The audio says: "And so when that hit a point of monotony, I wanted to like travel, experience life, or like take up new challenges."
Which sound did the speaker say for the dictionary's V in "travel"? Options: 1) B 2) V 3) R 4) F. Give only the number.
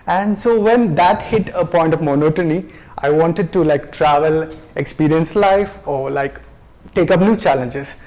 2